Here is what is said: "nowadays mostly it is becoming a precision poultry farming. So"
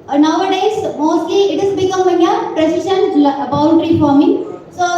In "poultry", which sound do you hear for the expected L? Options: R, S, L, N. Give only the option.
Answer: N